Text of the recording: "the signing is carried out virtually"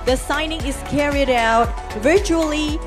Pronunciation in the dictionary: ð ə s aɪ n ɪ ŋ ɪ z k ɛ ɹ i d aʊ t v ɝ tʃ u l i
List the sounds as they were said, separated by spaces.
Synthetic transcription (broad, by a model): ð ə s aɪ n ɪ ŋ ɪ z k ɛ ɹ i d aʊ t v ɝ tʃ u l i